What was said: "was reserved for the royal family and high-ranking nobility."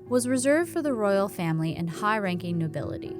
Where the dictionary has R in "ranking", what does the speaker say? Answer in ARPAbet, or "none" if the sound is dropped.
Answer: R